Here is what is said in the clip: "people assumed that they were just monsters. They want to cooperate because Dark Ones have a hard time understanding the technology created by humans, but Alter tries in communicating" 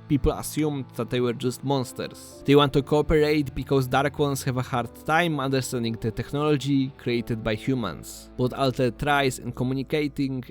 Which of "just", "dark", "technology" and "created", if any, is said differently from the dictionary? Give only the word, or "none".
none